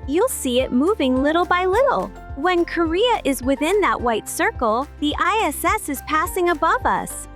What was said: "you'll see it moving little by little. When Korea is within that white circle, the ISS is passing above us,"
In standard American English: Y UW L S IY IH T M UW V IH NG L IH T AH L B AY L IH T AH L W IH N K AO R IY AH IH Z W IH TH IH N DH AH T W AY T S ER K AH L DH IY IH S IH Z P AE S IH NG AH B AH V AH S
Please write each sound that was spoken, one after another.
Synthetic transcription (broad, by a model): Y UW L S IY IH T M UW V IH NG L IH T L B AY L IH T L W IH N K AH R IY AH IH Z W IH TH IH N DH AH T W AY T S ER K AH L DH IY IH S IH Z P AE S IH NG AH B AH V AH S